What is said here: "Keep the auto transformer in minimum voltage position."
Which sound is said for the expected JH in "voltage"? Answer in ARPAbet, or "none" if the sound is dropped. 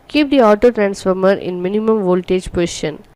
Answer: JH